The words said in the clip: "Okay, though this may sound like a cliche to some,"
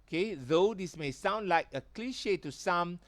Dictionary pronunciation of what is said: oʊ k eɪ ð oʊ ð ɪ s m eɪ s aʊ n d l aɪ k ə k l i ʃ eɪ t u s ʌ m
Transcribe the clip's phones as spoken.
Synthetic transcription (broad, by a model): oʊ k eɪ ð oʊ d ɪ s m eɪ s aʊ n d l aɪ k ə k l i ʃ eɪ t u s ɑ m